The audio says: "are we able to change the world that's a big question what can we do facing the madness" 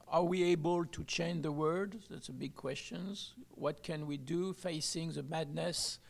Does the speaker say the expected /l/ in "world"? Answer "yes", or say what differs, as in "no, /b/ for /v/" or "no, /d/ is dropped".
no, /l/ is dropped